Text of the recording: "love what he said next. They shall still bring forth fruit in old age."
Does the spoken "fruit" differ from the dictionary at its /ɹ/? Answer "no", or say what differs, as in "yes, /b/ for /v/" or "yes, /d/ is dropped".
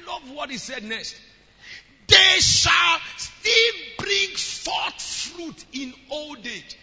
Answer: no